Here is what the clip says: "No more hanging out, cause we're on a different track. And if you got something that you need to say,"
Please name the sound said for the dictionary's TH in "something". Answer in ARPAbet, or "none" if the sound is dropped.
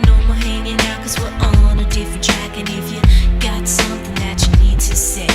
TH